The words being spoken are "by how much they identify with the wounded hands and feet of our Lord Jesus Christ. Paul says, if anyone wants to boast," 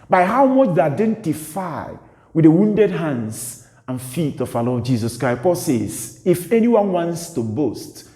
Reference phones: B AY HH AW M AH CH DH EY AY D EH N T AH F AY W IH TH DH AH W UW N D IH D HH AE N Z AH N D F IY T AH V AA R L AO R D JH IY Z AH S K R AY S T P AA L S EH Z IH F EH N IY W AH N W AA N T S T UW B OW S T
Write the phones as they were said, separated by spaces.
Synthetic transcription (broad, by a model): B AY HH AW M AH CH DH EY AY D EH N T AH F AY W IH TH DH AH W UW N D IH D HH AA N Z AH N F IY T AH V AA L AO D JH IY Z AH S K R AY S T P AA L S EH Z IH F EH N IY W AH N W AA N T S T UW B OW S T